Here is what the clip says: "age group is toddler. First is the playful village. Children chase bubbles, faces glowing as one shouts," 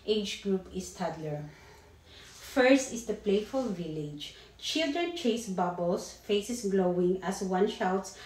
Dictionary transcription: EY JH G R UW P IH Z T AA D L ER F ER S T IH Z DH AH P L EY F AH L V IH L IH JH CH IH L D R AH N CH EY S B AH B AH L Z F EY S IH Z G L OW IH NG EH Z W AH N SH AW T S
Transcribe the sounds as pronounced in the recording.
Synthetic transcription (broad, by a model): EY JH G R UW P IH S T AA D L ER F ER S T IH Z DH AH P L EY F AH L V IH L IH JH CH IH L D R AH N CH EY S B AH B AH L S F EY S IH S G L OW IH NG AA S W AH N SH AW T S